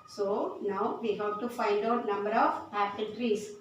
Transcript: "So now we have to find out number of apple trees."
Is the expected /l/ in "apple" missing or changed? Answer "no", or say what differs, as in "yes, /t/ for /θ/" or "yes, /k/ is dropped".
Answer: yes, /n/ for /l/